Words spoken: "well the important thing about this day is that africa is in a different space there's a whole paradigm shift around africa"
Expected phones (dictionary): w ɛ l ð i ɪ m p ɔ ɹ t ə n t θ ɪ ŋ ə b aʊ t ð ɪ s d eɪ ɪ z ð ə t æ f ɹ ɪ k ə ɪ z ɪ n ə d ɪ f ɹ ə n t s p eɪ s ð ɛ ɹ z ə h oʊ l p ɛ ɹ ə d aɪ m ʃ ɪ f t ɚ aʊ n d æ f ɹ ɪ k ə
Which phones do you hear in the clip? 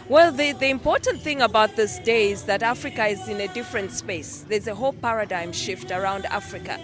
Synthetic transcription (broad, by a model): w ɛ l ð i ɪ m p ɔ ɹ t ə n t θ ɪ ŋ ə b aʊ t ð ɪ s d eɪ ɪ z ð ə t æ f ɹ ɪ k ə ɪ z ɪ n ə d ɪ f ɹ ə n t s p eɪ s ð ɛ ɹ z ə h oʊ l p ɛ ɹ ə d aɪ m ʃ ɪ f t ɚ aʊ n d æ f ɹ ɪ k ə